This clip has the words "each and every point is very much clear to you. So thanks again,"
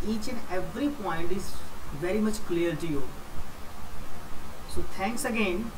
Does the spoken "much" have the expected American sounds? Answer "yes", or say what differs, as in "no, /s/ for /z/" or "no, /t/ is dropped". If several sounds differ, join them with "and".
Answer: yes